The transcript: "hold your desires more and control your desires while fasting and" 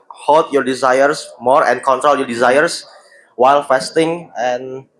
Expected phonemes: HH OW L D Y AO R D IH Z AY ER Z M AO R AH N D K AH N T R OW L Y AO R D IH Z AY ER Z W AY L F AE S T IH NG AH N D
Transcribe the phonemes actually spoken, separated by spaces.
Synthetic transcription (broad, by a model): HH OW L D Y AO R D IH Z AY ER S M AO R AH N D K AH N T R OW L Y AO R D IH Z AY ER S W AY L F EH S T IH NG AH N